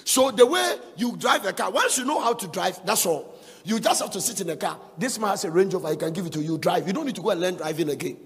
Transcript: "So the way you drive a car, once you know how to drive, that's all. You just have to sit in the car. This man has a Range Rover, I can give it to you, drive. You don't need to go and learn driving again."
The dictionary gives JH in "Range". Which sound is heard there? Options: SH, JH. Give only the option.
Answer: JH